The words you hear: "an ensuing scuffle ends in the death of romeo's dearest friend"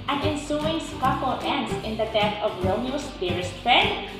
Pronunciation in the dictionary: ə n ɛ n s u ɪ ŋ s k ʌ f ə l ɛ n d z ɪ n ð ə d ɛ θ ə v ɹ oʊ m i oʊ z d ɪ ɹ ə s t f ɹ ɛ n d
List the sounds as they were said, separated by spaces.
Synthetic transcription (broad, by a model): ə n ɛ n s u ɪ ŋ s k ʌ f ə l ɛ n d s ɪ n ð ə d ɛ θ ə v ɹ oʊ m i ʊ s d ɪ ɹ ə s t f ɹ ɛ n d